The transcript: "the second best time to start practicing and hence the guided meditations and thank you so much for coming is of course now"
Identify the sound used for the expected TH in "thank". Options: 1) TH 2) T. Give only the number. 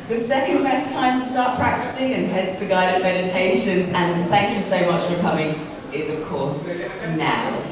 1